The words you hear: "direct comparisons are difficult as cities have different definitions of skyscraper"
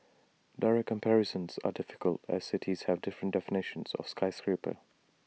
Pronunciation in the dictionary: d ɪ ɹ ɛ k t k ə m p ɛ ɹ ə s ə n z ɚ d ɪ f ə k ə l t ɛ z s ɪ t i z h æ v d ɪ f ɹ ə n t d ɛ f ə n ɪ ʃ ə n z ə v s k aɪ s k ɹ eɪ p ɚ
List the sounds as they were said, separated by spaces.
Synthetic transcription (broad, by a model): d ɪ ɹ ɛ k k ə m p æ ɹ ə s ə n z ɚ d ɪ f ə k ə l t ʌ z s ɪ t i z h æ v d ɪ f ɹ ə n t d ɛ f ə n ɪ ʃ ə n z ə v s k aɪ s k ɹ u p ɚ